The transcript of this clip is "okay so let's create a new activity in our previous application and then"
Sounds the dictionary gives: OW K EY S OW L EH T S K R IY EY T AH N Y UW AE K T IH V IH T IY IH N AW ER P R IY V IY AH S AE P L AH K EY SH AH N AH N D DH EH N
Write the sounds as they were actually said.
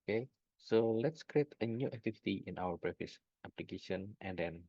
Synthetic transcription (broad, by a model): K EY S OW L EH T S K R IY EY T AH N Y UW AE K T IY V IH T IY IH N AW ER B R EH F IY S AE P L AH K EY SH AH N AH N D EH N